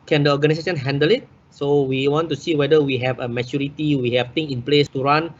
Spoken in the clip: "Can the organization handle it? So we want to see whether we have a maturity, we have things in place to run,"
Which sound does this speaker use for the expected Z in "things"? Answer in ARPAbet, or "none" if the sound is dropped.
none